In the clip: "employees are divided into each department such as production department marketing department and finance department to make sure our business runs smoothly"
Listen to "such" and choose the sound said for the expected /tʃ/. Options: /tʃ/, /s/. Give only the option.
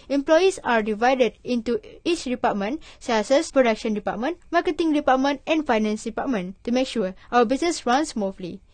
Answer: /s/